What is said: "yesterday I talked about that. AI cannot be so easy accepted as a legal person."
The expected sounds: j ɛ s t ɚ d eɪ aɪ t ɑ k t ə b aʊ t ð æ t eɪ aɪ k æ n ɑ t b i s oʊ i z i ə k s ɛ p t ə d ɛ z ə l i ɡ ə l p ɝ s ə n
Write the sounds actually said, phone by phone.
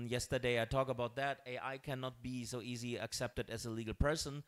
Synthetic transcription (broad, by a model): j ɛ s t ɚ d eɪ aɪ t ɑ k ə b aʊ t ð æ t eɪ aɪ k æ n ɑ t b i s oʊ i z i ə k s ɛ p t ə d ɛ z ə l i ɡ l p ɝ s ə n